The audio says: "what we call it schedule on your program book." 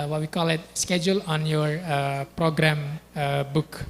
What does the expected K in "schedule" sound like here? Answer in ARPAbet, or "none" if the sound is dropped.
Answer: K